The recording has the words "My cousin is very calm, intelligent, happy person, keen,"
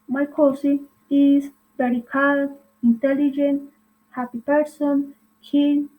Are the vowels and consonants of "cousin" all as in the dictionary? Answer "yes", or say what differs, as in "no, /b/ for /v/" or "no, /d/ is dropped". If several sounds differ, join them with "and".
no, /s/ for /z/ and /n/ is dropped